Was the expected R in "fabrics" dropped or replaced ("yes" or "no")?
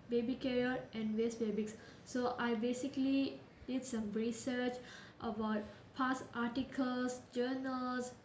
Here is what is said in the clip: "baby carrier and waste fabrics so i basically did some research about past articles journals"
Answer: yes